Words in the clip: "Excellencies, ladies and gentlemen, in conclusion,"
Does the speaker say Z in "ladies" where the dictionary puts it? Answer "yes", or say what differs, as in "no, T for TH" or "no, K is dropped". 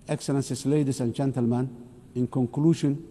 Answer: no, S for Z